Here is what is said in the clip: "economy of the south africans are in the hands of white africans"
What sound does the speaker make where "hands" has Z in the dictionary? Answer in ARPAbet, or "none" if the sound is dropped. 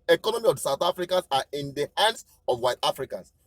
S